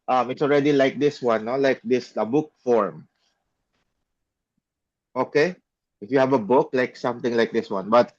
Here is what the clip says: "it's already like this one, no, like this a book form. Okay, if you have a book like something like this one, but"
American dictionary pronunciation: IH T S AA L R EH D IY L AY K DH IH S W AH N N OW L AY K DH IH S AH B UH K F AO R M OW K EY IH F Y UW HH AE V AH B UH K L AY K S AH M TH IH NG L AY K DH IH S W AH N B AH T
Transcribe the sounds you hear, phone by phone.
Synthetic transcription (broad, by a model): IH T S AA L R EH D IY L AY K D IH S W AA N N OW L AY K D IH S AH B UH K F AO R M OW K EY IH F Y UW HH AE V AH B UH K L AY K S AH M T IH NG L AY K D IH S W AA N B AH T